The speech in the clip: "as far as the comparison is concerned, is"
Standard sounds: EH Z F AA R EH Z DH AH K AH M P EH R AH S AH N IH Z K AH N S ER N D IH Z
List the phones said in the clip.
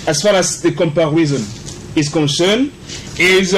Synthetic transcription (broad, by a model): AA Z F AA R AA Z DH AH K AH M P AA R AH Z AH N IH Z K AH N S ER N IH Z